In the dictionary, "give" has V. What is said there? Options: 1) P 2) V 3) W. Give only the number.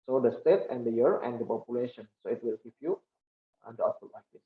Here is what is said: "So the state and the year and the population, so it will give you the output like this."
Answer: 1